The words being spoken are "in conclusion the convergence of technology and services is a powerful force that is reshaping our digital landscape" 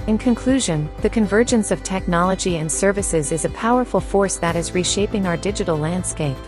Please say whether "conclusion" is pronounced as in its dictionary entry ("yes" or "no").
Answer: yes